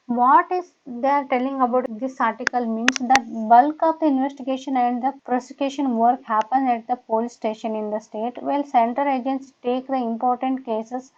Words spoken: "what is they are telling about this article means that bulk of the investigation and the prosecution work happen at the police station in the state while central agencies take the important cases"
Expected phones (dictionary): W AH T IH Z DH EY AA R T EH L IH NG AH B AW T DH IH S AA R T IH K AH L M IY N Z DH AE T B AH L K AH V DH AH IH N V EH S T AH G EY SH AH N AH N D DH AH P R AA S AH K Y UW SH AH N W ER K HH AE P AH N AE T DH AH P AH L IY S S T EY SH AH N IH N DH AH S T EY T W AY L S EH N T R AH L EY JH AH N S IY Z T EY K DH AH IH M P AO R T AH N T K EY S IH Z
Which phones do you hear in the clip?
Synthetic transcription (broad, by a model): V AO T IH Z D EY AA R T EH L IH NG AH B AW T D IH S AA R T IH K AH L M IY N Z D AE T B AH L K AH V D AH IH N V EH S T AH G EY SH AH N AH N D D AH P R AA S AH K Y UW SH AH N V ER K HH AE P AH N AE T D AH P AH L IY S S T EY SH AH N IH N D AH S T EY T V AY L S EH N T AH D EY JH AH N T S T EY K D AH IH M P AO R T AH N T K EY S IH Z